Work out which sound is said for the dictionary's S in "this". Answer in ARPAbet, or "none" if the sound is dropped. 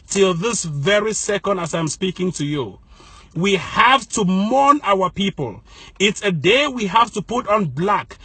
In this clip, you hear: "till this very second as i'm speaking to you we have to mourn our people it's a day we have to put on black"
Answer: S